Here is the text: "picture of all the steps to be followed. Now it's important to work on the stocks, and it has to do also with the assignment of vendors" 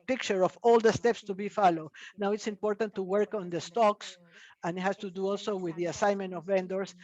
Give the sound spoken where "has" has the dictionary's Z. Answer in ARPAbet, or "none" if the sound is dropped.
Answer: S